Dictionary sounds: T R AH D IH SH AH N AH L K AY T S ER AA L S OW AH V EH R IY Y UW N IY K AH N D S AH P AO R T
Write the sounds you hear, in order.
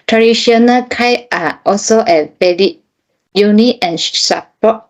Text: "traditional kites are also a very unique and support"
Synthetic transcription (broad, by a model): T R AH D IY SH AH N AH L K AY T AA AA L S OW AH B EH L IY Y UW N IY AH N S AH P AO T